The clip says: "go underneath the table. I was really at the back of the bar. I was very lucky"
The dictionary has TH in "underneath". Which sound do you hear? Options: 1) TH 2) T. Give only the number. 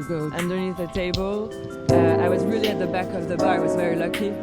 1